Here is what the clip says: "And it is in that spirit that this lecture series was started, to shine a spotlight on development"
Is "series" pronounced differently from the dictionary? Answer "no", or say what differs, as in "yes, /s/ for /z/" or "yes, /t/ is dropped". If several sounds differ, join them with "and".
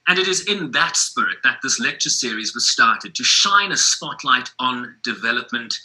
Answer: no